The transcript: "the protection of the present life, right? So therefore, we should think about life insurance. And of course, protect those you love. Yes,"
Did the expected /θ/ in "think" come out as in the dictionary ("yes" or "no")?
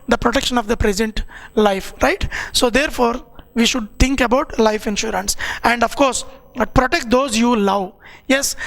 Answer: no